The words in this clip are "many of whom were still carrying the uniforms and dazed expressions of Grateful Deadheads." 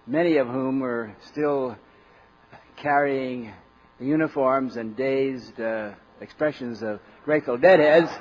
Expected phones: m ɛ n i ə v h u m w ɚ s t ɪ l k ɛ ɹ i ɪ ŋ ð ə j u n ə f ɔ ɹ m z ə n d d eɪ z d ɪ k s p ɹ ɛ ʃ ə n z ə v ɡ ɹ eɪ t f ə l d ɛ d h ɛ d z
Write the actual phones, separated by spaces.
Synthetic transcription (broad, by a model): m ɛ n i ə v h u m w ɚ s t ɪ l k ɛ ɹ i ɪ ŋ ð j u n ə f ɔ ɹ m z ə n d d eɪ z d ɪ k s p ɹ ɛ ʃ ə n z ə v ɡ ɹ eɪ t f l d ɛ d h ɛ d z